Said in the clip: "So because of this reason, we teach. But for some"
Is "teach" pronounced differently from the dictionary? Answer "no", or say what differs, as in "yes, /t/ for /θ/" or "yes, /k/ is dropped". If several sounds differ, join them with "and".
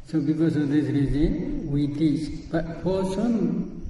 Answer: yes, /s/ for /tʃ/